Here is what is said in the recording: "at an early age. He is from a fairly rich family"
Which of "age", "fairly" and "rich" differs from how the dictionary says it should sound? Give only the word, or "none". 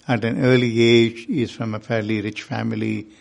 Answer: none